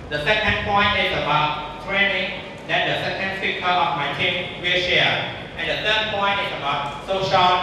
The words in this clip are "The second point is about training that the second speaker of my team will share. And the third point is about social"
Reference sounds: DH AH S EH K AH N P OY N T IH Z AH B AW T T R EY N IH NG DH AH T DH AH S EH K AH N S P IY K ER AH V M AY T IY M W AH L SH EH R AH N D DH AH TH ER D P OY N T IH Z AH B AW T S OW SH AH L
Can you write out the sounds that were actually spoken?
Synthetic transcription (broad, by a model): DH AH S EH K AH N P OY N T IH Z AH B AW T T R EY N IH NG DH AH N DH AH S EH K AH N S IY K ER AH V M AY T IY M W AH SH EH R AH N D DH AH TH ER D P OY N T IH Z AH B AW T S OW SH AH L